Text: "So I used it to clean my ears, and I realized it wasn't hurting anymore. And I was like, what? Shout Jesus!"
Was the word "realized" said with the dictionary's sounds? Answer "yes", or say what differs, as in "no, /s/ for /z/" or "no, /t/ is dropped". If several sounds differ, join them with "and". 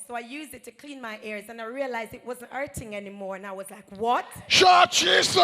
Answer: yes